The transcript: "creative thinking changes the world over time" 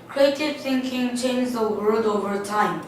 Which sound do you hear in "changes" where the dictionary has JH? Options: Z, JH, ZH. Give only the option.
Z